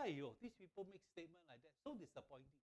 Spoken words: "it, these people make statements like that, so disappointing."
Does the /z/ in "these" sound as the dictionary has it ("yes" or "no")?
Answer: no